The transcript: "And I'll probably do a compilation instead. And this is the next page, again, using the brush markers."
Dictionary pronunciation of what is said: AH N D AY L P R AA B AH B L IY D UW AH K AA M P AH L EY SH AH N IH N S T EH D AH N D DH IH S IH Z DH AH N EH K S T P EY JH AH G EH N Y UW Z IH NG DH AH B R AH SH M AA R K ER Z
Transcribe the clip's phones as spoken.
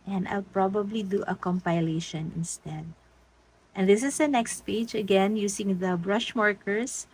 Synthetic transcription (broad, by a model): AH N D AY L P R AA B AH B L IY D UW AH K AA M P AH L EY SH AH N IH N S T EH D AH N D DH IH S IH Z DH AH N EH K S T P EY JH AH G EH N Y UW S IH NG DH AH B R AH SH M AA R K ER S